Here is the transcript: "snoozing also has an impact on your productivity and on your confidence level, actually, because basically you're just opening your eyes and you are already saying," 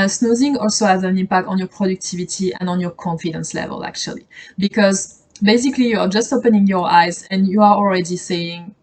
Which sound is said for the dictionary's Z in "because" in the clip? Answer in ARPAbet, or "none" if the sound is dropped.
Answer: Z